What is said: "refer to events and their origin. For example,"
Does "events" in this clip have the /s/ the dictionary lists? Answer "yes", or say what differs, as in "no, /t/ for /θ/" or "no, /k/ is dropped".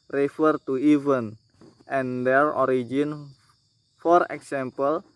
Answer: no, /s/ is dropped